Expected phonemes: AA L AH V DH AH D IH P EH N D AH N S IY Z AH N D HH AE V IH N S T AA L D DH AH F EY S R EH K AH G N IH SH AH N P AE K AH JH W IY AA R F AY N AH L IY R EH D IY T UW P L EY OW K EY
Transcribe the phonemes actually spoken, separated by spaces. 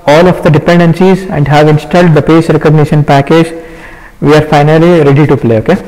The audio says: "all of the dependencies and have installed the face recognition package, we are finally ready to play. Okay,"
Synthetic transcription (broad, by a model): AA L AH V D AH D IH P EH N D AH N S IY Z AH N D HH AE V IH N S T AA L D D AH P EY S R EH K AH G N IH SH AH N P AE K AH JH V IY AA R F AY N AH L IY R EH D IY T UW P L EY OW K EY